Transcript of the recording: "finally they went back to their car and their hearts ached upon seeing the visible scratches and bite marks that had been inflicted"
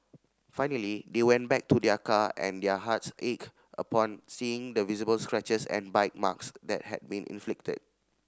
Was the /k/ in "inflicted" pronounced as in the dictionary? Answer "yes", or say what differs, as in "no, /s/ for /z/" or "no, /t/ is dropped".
yes